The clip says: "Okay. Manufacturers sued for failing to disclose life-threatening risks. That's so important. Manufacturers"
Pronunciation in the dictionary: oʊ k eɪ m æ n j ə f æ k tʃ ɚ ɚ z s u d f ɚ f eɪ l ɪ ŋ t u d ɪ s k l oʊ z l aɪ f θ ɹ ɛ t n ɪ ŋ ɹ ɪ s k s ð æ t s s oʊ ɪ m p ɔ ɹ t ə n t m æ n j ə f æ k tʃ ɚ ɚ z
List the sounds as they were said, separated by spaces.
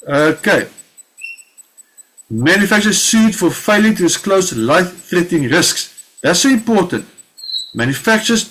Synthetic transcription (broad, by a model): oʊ k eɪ m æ n j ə f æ k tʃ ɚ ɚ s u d f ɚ f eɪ l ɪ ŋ t u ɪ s k l oʊ s l aɪ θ ɹ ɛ t ɪ ŋ ɹ ɪ s k s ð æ t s s oʊ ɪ m p ɔ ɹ t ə n t m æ n j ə f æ k tʃ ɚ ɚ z